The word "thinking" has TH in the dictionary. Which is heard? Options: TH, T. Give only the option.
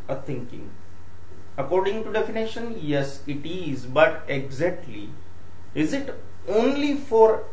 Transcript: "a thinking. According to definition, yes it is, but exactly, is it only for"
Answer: T